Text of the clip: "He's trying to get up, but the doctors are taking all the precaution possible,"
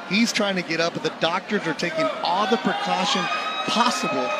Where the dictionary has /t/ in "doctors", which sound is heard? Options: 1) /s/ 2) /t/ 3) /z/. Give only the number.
2